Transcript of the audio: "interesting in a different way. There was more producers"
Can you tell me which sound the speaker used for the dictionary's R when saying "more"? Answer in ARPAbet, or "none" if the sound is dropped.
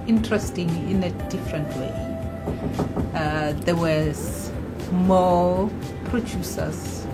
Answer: L